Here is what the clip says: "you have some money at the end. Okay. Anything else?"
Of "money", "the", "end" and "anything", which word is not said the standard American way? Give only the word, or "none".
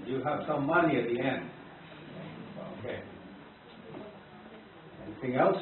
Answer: none